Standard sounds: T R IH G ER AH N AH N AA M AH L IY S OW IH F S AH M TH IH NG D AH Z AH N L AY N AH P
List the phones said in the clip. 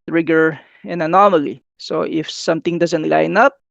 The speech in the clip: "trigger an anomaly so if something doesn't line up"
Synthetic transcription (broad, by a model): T R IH G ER AH N AH N AA M AH L IY S OW IH F S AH M T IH NG D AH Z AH N L AY N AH P